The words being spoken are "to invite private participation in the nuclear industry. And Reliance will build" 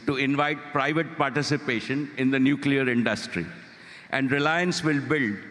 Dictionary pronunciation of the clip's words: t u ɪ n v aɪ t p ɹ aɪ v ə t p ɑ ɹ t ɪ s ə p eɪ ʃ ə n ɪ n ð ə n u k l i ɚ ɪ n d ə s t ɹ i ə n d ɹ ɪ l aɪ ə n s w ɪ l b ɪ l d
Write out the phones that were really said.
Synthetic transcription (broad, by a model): t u ɪ n v aɪ t p ɹ aɪ v ə t p ɑ ɹ t ɪ s ə p eɪ ʃ ə n ɪ n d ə n u k l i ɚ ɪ n d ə s t ɹ i ə n d ɹ ɪ l aɪ ə n s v ɪ l b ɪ l d